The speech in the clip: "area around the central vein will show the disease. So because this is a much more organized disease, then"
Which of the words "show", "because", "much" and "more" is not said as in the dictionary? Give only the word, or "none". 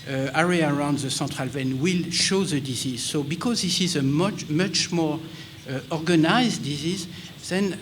none